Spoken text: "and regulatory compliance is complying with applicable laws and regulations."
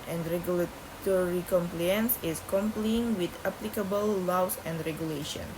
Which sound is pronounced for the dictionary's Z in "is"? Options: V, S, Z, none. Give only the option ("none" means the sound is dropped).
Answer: S